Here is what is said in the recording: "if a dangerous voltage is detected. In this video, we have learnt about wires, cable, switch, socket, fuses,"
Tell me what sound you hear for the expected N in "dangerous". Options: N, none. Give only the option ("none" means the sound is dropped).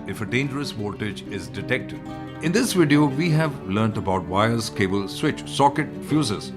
N